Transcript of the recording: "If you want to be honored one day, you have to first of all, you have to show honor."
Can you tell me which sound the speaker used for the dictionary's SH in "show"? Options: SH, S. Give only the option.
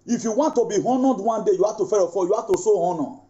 S